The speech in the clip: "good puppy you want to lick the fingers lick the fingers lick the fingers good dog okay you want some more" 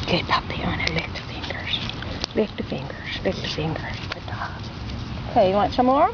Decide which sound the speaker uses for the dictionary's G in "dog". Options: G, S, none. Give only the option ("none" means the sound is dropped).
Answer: none